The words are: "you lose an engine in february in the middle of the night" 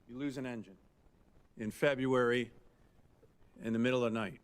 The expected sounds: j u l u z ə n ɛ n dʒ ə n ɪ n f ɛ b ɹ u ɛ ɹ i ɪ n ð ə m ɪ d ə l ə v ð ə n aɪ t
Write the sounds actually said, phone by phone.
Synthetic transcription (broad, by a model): j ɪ l u z ə n ɛ n dʒ ə n ɪ n f ɛ b ɹ u ɛ ɹ i ɪ n ð ə m ɪ d l ə v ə n aɪ t